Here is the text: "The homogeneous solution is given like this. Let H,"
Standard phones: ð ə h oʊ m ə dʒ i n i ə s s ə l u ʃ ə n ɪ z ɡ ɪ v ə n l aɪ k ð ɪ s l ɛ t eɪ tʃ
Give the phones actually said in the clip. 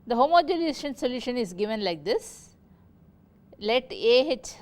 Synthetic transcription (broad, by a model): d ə h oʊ m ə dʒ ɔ l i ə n s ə l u ʃ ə n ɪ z ɡ ɪ v ə n l aɪ k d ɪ s l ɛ t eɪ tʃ